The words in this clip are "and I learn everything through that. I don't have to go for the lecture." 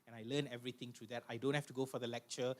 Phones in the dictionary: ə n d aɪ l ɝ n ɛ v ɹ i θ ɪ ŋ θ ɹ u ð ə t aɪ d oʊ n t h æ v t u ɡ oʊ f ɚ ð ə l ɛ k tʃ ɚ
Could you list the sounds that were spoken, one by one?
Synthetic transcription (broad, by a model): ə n aɪ l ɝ n ɛ v ɹ i t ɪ ŋ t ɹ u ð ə t aɪ d oʊ n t h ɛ f t u ɡ oʊ f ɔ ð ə l ɛ k tʃ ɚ